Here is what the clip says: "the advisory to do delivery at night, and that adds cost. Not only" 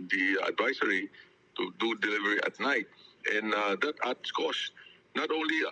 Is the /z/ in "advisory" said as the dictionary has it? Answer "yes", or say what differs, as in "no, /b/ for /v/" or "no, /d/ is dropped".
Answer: no, /s/ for /z/